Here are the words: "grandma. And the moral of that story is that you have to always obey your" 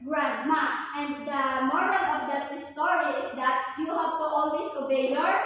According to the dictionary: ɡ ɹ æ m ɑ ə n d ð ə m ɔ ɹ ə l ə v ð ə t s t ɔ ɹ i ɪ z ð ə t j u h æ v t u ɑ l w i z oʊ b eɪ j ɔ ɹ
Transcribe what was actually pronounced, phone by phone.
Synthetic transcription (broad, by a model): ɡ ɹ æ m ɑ ə n d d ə m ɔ ɹ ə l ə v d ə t s t ɔ ɹ i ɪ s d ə t j u h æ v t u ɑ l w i s oʊ b eɪ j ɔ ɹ